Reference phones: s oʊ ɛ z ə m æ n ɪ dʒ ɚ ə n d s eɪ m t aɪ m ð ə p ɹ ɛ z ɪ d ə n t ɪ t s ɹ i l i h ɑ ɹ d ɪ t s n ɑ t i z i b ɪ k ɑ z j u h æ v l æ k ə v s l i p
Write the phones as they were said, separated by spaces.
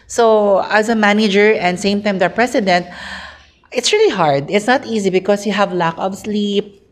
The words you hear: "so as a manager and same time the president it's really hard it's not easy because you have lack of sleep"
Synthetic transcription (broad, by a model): s oʊ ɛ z ə m æ n ɪ dʒ ɚ ə n d s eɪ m t aɪ m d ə p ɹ ɛ s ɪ d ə n t ɪ t s ɹ i l i h ɑ ɹ d ɪ t s n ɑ t i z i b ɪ k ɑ s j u h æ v l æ k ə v s l i p